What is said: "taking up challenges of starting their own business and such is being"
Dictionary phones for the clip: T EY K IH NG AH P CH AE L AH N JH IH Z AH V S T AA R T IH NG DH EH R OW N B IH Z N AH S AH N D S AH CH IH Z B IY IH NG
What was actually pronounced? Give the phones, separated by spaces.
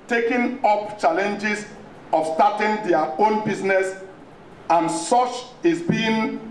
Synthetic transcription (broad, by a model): T EY K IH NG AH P CH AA L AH N JH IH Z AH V S T AA T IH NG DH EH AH OW N B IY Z N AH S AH N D S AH CH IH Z B IY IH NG